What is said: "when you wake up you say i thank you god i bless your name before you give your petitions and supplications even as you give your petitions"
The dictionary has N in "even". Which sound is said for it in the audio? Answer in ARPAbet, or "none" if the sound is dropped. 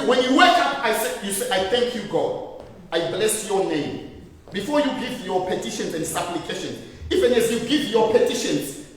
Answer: N